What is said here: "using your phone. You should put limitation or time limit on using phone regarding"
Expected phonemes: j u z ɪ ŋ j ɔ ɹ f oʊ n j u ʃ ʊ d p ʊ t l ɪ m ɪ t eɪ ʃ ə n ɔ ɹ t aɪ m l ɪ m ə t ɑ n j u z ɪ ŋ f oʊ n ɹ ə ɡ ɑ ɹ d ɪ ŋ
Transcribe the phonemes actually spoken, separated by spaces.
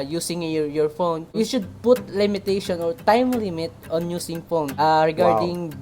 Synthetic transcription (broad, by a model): j u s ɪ ŋ j ɔ ɹ f oʊ n j u ʃ ʊ d p ʊ t l ɪ m ɪ t eɪ ʃ ə n ɔ ɹ t aɪ m l ɪ m ə t ɑ n j u s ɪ ŋ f oʊ n ɹ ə ɡ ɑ ɹ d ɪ ŋ